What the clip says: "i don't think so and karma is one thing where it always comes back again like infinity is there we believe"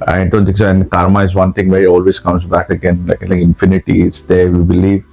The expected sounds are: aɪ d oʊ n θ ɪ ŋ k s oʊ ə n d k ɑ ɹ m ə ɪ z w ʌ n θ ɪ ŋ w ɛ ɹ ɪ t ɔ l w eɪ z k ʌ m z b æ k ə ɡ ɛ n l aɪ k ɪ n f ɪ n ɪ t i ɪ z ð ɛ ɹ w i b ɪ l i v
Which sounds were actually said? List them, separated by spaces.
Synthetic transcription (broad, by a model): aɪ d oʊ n t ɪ k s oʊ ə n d k ɑ ɹ m ə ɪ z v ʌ n t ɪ ŋ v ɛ ɹ ɪ t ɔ l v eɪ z k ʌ m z b æ k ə ɡ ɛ n l aɪ k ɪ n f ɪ n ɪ t i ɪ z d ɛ ɹ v i b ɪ l i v